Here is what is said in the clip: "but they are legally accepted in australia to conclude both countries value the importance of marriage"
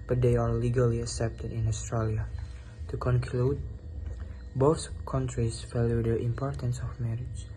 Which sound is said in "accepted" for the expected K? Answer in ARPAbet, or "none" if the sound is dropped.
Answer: K